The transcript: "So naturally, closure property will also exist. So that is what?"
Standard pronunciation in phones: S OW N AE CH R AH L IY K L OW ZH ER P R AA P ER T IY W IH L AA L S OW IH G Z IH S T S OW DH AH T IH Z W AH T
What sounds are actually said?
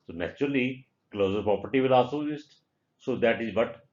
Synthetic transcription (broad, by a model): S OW N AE CH R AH L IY K L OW Z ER P R AA P ER T IY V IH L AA S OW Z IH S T S OW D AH T IH Z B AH T